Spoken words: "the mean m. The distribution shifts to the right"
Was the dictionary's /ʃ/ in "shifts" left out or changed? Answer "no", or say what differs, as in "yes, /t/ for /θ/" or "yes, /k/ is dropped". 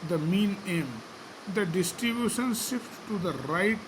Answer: yes, /s/ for /ʃ/